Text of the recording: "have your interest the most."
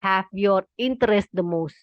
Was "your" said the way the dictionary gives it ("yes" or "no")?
yes